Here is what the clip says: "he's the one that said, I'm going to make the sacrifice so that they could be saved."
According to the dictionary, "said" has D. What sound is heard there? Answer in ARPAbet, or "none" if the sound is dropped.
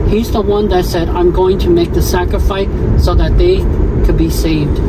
D